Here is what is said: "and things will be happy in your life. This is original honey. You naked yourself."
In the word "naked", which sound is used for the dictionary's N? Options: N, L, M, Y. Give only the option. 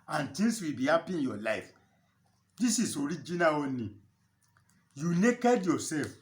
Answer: N